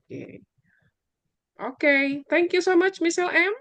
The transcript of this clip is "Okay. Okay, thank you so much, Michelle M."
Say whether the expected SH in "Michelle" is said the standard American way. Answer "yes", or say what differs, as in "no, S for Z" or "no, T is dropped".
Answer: no, S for SH